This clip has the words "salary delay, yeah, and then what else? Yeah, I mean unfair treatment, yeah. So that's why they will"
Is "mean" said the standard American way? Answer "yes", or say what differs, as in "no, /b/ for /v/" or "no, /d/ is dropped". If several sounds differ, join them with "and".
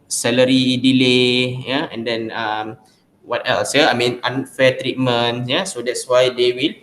yes